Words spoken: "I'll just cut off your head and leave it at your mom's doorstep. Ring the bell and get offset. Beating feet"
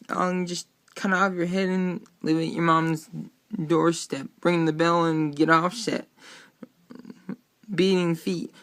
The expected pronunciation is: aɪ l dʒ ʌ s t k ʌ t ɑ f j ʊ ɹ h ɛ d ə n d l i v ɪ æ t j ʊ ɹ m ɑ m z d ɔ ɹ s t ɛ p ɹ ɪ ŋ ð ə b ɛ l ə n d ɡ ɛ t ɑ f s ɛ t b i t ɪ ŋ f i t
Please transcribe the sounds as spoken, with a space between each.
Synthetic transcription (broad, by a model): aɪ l dʒ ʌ s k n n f j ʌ ɹ h ɛ d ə n l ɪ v ɪ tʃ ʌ ɹ m ɑ m z d ɔ ɹ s t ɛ p ɹ ɪ ŋ ð ə b ɛ l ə n ɡ ɛ t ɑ f ʃ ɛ t b i t ɪ ŋ f i t